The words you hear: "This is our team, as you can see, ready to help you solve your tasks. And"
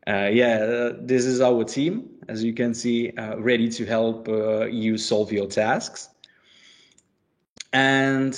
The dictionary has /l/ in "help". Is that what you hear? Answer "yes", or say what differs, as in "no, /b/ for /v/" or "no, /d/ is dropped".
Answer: yes